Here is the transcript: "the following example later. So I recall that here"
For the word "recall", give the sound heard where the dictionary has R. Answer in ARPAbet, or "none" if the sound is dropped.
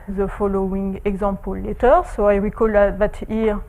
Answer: W